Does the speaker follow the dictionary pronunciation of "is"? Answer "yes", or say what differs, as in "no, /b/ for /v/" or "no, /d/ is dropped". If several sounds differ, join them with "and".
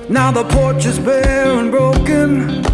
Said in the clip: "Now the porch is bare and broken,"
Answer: yes